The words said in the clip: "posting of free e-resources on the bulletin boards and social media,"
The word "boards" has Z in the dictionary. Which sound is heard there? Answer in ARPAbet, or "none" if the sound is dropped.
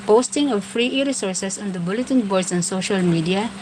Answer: S